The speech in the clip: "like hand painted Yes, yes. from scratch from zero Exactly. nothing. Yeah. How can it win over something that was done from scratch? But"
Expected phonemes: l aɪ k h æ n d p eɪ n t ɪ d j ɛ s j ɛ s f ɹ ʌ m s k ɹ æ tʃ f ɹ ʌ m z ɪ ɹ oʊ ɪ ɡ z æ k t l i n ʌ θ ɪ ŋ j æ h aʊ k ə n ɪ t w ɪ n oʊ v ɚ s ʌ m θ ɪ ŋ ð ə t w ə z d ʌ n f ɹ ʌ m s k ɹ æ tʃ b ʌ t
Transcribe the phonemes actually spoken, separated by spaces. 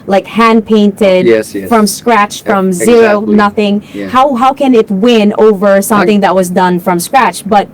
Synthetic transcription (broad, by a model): l aɪ k h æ n p eɪ n t ɪ d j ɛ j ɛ f ɹ ʌ m s k ɹ æ tʃ f ɹ ʌ m z ɪ ɹ oʊ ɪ n ʌ θ ɪ ŋ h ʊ h aʊ k ə n ɪ t w ɪ n oʊ v ɚ s ʌ m θ ɪ ŋ ð ə t w ə z d ʌ n f ɹ ʌ m s k ɹ æ tʃ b ʌ t